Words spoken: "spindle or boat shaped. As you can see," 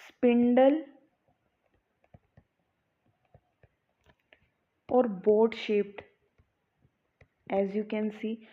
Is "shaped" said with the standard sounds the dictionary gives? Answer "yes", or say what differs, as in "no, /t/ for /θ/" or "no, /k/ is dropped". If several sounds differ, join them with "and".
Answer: yes